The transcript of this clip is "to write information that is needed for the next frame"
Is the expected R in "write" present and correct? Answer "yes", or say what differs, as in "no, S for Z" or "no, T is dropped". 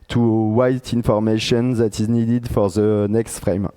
no, W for R